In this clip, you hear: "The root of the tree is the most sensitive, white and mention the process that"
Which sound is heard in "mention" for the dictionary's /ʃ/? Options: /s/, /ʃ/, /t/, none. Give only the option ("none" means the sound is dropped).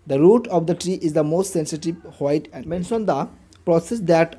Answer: /s/